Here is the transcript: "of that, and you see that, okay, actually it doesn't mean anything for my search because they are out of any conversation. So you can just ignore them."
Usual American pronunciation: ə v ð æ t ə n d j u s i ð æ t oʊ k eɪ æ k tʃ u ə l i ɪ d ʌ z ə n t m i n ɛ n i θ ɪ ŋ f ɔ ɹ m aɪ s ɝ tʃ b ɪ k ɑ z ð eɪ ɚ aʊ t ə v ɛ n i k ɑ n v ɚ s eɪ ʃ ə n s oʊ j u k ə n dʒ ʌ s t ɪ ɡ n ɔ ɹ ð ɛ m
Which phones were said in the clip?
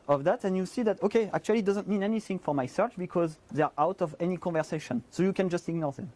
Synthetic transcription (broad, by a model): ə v ð æ t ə n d j u s i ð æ t oʊ k eɪ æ k tʃ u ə l i d ʌ z ə n t m i n ɛ n i θ ɪ ŋ f ɔ ɹ m aɪ s ɝ tʃ b ɪ k ɑ z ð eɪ ɚ aʊ t ə v ɛ n i k ɑ n v ɚ s eɪ ʃ ə n s oʊ j u k ə n dʒ ʌ s t ɪ ɡ n ɔ ɹ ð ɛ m